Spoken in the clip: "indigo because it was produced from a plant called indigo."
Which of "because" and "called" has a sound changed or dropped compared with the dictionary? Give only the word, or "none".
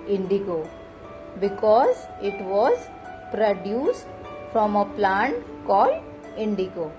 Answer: called